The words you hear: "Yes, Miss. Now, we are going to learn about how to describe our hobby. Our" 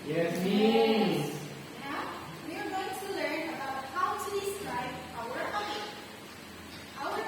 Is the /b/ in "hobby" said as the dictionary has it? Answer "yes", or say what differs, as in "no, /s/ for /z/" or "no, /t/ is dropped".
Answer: no, /b/ is dropped